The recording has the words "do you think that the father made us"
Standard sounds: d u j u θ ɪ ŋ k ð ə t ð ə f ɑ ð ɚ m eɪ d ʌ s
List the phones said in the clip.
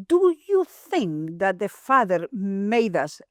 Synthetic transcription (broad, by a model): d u j u θ ɪ ŋ k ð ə t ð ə f ɑ ð ɚ m eɪ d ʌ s